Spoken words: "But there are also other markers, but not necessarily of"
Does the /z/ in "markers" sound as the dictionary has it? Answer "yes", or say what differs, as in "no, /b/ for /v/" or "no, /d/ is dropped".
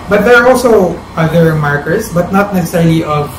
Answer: no, /s/ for /z/